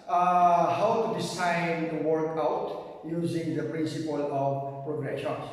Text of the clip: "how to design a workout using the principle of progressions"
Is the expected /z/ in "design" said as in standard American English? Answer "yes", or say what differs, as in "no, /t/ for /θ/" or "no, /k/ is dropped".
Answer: no, /s/ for /z/